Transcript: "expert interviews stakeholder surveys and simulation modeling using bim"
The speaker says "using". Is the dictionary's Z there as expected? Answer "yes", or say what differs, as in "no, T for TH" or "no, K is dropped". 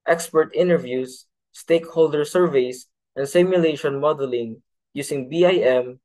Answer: no, S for Z